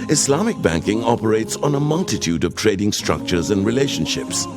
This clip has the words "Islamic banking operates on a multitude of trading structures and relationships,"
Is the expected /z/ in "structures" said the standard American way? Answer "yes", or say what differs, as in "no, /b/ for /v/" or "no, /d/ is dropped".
yes